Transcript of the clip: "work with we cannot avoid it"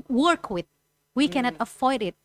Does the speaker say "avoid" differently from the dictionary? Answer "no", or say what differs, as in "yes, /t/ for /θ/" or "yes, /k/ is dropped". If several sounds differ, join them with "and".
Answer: yes, /f/ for /v/